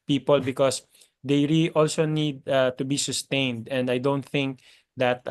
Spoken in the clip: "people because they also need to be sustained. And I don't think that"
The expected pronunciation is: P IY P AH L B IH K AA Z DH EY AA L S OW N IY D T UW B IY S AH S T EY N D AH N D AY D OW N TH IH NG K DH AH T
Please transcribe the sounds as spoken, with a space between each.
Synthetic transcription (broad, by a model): P IY P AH L B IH K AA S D EY AA L S OW N IY D T UW B IY S AH S T EY N D AH N D AY D OW N TH IH NG K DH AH T